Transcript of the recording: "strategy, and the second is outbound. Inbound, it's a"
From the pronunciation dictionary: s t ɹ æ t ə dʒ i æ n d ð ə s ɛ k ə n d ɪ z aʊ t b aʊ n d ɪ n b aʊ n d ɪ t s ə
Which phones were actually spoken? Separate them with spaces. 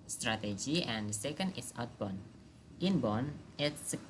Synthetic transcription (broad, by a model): s t ɹ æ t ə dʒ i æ n d s ɛ k ə n d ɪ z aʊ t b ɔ n ɪ n b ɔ n ɪ t s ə